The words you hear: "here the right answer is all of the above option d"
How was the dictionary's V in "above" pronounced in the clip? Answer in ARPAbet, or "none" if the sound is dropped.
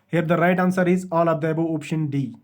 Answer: none